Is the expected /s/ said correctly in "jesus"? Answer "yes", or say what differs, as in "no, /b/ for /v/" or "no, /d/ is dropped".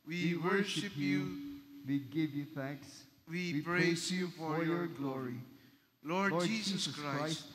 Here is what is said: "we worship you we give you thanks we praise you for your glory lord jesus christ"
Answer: no, /s/ is dropped